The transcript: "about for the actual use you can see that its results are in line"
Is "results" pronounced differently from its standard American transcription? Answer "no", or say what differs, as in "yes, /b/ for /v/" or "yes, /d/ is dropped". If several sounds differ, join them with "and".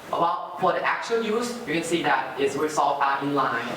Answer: yes, /w/ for /ɹ/